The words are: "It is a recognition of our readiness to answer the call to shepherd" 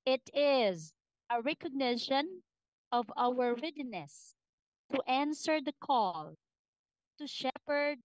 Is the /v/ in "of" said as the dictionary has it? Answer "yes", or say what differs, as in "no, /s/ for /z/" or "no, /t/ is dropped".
yes